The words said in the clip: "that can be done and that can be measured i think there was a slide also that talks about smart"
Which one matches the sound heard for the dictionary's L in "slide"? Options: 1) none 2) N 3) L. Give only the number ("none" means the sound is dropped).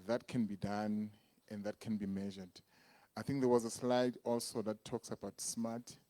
3